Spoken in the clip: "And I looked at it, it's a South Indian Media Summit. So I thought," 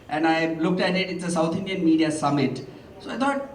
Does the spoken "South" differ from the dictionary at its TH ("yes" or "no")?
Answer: yes